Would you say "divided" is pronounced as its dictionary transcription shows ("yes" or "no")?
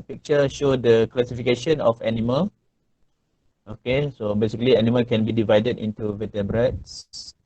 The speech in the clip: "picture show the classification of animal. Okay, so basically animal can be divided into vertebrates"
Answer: yes